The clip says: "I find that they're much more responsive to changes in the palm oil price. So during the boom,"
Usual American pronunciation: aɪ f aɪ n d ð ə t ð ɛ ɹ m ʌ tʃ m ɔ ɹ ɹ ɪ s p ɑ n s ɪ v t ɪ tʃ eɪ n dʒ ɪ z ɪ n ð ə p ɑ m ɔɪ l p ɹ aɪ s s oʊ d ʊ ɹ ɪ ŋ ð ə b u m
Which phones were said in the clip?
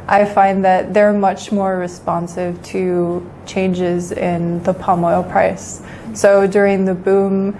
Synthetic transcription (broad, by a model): aɪ f aɪ n ð ə t ð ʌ ɹ m ʌ tʃ m ɔ ɹ ɹ ɪ s p ɑ n s ɪ v t ɪ tʃ eɪ n dʒ ɪ z ɪ n ð ə p ɑ m ɔɪ l p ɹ aɪ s s oʊ d ʊ ɹ ɪ ŋ ð ə b u m